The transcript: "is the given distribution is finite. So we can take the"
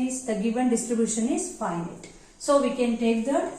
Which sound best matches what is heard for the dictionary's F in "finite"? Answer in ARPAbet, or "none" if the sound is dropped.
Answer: P